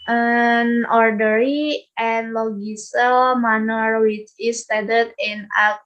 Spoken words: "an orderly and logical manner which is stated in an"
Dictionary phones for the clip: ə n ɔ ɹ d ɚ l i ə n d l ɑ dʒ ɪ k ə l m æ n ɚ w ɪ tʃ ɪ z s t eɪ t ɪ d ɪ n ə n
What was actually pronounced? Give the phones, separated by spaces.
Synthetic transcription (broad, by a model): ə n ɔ ɹ d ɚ i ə n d l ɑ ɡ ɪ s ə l m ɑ n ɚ w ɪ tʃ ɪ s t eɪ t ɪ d ɪ n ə